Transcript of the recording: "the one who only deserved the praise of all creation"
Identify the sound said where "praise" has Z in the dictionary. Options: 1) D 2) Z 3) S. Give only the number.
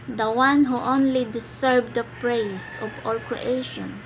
3